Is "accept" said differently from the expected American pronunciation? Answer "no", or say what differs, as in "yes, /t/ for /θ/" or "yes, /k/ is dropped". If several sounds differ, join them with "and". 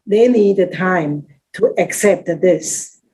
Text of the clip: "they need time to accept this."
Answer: no